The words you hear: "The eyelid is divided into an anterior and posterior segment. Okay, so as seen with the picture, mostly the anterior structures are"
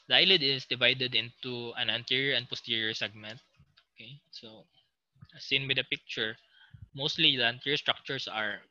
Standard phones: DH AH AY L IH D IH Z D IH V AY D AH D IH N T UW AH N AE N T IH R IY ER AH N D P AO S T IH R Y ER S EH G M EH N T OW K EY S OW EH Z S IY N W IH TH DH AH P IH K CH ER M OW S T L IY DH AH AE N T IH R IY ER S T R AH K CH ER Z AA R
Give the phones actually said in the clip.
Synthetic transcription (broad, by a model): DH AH AY L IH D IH S D IH V AY D AH D IH N T UW AH N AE N T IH R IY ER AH N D P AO S T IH R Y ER S EH G M EH N T OW K EY S OW S IY N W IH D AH P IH K CH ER M OW S T L IY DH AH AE N T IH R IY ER S T R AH K CH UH S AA R